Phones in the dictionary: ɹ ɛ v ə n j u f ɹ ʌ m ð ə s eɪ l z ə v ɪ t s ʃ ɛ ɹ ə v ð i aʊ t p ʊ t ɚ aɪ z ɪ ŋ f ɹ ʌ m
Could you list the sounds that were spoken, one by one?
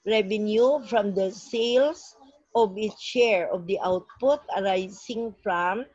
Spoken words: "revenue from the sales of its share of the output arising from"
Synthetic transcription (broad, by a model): ɹ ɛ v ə n j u f ɹ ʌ m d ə s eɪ l s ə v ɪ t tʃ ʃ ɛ ɹ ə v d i aʊ t p ʊ t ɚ aɪ s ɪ ŋ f ɹ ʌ m